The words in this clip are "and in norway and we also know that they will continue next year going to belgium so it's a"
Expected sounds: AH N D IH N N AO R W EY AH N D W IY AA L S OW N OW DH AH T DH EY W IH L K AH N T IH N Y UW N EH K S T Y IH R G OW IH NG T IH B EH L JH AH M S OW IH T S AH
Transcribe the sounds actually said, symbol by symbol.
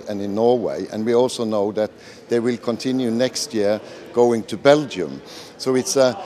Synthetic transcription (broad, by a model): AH N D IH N N AO R W EY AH N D W IY AA L S OW N OW DH AH T DH EY W IH L K AH N T IH N Y UW N EH K S T Y IH R G OW IH NG T IH B EH L JH AH M S OW IH T S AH